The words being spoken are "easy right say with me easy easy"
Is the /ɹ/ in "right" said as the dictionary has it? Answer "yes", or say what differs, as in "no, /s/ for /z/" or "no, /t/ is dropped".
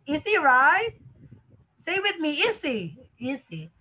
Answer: yes